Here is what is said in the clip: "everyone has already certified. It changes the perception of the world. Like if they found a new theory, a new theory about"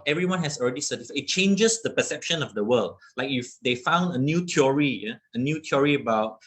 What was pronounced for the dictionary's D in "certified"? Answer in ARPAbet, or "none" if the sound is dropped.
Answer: none